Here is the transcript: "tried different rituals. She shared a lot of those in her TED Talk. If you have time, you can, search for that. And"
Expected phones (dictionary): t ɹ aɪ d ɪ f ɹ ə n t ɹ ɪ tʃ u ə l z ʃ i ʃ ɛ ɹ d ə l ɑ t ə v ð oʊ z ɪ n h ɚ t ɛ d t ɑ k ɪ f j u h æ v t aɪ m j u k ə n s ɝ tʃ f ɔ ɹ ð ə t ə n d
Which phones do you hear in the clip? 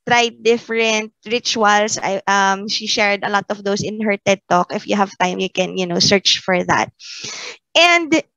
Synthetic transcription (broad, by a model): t ɹ aɪ d ɪ f ɹ ə n t ɹ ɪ tʃ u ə l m ʃ i ʃ ɛ ɹ d ə l ɑ t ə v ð oʊ s ɪ n h ɚ t ɛ d t ɑ k ɪ f j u h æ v t aɪ m j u k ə n s ɝ tʃ f ɔ ɹ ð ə t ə n d